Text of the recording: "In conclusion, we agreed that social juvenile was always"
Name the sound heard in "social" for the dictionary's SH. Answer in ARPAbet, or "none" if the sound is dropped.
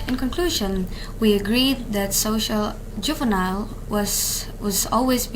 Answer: SH